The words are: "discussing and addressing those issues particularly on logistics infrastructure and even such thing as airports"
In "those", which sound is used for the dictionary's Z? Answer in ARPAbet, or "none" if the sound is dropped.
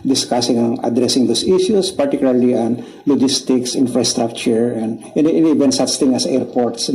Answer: S